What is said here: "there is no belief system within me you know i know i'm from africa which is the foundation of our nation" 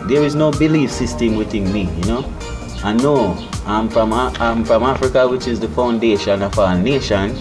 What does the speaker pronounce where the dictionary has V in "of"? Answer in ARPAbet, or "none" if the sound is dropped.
F